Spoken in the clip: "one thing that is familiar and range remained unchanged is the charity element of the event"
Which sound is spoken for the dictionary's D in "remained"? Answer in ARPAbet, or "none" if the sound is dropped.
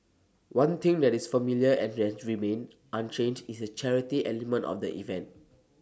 none